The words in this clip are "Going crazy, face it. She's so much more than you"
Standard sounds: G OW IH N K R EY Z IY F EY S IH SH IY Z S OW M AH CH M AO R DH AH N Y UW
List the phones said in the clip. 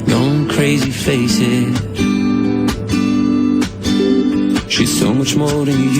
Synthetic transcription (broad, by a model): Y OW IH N K R EY Z IY F EY S IH SH IY Z S OW M AH CH M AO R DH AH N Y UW